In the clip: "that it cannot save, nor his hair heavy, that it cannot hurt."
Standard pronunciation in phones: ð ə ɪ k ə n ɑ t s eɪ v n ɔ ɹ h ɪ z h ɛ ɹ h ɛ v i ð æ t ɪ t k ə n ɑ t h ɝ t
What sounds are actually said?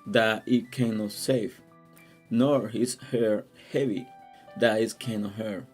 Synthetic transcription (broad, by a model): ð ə ɪ k ə n ɑ t s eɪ f n ɔ ɹ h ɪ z h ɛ ɹ h ɛ v i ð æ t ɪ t k ə n ɑ t h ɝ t